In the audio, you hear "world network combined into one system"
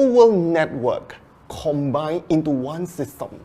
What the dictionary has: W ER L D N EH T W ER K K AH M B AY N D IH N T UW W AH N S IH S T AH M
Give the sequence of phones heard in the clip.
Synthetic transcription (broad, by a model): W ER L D N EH T W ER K K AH M B AY N IH N T UW W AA N S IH S T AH M